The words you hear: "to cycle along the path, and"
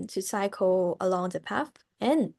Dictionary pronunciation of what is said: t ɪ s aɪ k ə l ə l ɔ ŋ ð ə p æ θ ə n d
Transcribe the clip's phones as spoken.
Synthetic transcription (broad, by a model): t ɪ s aɪ k ə l ə l ɔ ŋ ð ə p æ f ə n